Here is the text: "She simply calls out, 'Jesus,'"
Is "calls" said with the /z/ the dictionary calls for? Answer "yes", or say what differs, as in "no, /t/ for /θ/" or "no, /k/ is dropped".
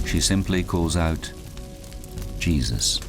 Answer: yes